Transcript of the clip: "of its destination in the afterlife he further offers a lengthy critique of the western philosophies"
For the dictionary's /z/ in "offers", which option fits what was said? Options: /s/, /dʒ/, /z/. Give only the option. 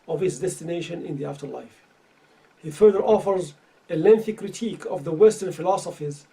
/z/